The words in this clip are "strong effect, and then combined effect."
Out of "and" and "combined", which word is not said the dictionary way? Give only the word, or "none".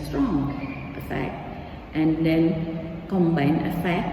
combined